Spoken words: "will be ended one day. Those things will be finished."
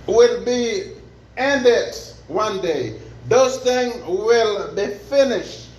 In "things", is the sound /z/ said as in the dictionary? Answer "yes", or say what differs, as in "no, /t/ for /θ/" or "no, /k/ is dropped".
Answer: no, /z/ is dropped